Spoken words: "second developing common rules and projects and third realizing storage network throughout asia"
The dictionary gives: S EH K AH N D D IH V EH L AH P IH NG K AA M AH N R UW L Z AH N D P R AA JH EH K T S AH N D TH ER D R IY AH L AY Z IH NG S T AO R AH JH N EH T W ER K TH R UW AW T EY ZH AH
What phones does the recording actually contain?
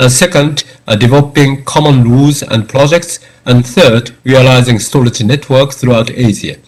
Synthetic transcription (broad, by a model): S EH K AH N D D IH V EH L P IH NG K AA M AH N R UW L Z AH N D P R AA JH EH K T S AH N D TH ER D R IY AH L AY Z IH NG S T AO L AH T N EH T W ER K TH R UW AW T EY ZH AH